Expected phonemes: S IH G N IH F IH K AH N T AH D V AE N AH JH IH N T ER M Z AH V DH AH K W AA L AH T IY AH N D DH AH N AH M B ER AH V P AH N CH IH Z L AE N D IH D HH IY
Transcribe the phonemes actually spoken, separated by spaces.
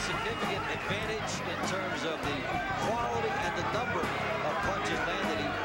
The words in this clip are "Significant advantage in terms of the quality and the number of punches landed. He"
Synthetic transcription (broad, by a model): S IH G N IH F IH K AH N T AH D V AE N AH JH IH N T ER M Z AH V DH AH K W AA L AH T IY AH N DH AH N AH M B ER AH V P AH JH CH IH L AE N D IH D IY